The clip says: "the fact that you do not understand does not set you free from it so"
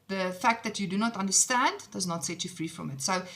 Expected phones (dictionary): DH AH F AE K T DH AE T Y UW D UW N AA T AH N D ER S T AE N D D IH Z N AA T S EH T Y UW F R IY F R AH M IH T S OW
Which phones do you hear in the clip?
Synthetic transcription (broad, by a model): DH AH F AE K T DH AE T Y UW D UW N AA T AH N D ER S T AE N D D IH Z N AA T S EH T Y UW F R IY F R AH M IH T S OW